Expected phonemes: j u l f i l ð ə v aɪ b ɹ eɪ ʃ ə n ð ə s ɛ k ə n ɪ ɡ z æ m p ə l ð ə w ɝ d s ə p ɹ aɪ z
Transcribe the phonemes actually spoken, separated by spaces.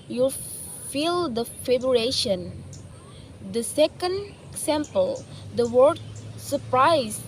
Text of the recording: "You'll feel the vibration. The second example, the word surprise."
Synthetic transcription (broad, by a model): j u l f i l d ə f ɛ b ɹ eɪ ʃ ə n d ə s ɛ k ə n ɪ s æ m p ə l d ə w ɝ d s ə p ɹ aɪ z